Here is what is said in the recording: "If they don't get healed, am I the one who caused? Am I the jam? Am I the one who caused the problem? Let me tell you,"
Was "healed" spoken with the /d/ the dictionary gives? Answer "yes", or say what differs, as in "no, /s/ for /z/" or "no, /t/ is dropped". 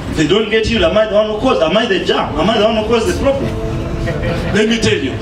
no, /d/ is dropped